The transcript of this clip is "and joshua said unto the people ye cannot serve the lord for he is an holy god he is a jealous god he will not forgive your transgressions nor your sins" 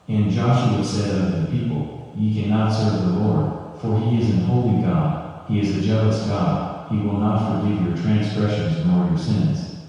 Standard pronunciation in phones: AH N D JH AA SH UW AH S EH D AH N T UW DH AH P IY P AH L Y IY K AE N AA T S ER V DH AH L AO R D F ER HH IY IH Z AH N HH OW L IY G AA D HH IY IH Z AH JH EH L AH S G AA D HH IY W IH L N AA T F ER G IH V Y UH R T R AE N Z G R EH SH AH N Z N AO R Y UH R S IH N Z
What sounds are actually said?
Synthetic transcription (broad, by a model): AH N JH AA SH UW AH S EH D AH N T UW DH AH P IY P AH L Y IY K AE N AA T S ER V DH AH L AO R D F ER IY IH Z AH N HH OW L IY G AA D HH IY IH Z AH JH EH L AH S G AA D HH IY W IH L N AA T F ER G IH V Y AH R T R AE N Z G R EH SH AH N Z N AO R Y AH R S IH N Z